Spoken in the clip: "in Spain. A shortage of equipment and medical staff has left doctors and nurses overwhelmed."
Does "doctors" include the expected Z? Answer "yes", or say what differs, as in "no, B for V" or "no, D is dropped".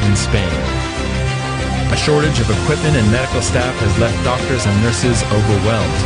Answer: yes